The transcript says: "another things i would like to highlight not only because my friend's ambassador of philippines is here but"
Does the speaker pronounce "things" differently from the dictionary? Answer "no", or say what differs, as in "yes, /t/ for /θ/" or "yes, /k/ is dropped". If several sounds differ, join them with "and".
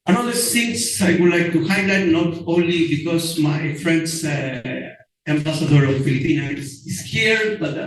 yes, /s/ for /θ/ and /s/ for /z/